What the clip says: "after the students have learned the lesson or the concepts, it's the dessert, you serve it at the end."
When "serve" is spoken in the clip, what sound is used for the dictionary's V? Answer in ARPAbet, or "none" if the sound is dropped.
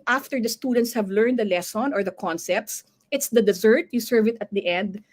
V